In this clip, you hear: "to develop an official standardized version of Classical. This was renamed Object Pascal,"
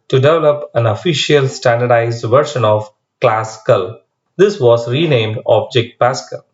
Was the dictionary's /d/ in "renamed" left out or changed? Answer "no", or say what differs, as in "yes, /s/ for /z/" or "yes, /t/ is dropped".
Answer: no